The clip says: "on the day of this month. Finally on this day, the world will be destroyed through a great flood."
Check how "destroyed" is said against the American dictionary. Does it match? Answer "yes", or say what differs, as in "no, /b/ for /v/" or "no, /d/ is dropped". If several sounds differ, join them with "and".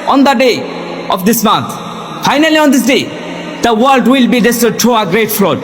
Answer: no, /ɹ/ is dropped